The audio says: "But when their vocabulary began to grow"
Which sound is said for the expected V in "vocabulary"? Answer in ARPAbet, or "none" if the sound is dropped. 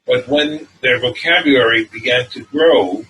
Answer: V